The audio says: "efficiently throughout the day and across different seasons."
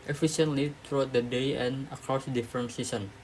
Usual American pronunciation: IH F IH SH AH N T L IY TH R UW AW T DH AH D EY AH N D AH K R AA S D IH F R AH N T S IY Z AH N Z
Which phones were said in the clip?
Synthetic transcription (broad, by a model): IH F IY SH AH N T L IY T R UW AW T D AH D EY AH N AH K R AA S D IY F R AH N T S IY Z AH N